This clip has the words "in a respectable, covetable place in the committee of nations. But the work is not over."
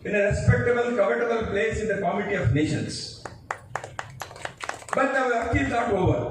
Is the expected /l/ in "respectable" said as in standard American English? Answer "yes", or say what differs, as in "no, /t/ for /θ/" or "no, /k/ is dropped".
no, /n/ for /l/